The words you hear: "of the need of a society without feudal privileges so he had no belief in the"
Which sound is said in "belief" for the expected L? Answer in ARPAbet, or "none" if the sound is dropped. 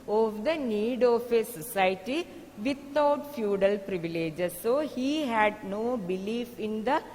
L